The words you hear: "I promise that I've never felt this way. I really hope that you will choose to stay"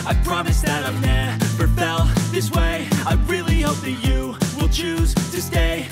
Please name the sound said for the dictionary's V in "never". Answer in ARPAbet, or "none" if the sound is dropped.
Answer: F